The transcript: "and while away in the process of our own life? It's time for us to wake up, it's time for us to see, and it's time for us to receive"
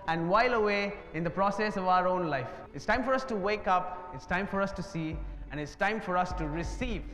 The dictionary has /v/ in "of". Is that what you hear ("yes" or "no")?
yes